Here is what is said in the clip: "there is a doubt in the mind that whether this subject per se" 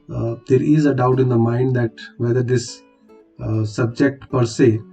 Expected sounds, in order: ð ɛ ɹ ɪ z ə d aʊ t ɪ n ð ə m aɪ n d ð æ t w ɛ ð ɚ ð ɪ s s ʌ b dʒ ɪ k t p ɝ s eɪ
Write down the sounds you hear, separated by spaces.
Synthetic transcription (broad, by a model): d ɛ ɹ ɪ z ə d aʊ t ɪ n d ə m aɪ n d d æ t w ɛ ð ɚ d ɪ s s ʌ b dʒ ɪ k t p ɝ s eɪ